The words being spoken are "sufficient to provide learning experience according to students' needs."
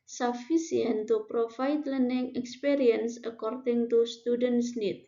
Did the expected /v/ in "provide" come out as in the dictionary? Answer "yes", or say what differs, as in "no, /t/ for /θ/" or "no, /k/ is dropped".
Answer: no, /f/ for /v/